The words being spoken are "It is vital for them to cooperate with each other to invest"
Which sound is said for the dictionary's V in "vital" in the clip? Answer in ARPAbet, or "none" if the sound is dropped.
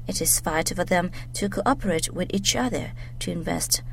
F